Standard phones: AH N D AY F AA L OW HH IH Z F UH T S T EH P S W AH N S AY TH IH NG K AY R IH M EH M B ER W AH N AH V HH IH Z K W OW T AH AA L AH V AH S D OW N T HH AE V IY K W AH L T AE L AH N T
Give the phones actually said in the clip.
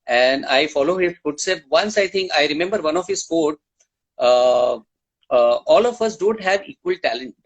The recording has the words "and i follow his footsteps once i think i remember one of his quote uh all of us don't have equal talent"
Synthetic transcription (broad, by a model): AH N D AY F AA L OW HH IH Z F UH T S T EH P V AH N S AY T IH NG K AY R IH M EH M B ER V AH N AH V HH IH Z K OW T AA L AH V AH S D OW N T HH AE V IY K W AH L T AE L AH N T